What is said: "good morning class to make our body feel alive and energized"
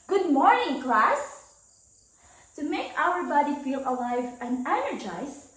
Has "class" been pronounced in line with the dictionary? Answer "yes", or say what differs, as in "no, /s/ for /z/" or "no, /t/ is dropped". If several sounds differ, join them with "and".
yes